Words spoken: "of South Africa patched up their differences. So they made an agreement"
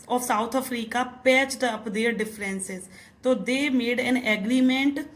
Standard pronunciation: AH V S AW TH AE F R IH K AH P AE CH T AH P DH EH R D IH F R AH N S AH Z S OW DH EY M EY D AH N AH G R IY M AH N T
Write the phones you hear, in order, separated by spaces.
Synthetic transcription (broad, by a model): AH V S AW T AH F R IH K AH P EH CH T AH P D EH R D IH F R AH N S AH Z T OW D EY M EY D AH N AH G R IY M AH N T